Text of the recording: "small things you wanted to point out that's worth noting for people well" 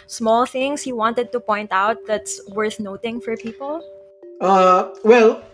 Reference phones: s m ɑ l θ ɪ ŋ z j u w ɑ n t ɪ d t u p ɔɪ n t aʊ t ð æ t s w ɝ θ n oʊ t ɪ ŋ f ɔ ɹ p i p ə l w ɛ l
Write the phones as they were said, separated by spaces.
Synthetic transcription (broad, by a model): s m ɑ l θ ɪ ŋ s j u w ɑ n t ɪ d t u p ɔɪ n t aʊ t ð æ t s w ɝ θ n oʊ t ɪ ŋ f ɔ ɹ p i p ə l w ɛ l